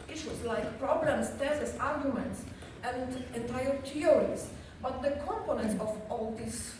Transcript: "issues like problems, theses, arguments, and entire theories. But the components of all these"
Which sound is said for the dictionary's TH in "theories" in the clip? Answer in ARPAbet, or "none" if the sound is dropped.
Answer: T